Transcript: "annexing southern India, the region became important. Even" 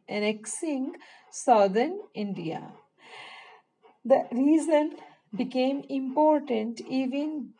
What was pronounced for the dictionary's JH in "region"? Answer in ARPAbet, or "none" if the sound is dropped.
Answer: Z